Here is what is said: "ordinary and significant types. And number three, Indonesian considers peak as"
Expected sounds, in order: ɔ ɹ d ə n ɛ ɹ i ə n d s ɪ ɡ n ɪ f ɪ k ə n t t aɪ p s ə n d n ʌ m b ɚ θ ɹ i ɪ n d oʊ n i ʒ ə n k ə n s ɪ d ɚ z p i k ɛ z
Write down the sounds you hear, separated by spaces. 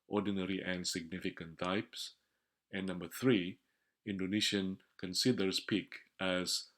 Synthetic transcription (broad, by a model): ɔ d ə n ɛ ɹ i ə n s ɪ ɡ n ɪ f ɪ k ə n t t aɪ p s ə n n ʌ m b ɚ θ ɹ i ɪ n d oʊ n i ʃ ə n k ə n s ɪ d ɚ s p i k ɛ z